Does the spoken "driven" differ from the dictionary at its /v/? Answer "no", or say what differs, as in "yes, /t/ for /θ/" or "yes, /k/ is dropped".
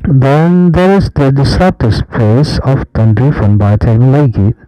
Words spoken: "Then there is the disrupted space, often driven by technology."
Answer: yes, /f/ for /v/